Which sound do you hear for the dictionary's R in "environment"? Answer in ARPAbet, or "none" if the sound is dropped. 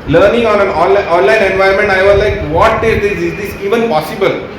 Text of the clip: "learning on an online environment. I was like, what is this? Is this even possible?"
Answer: none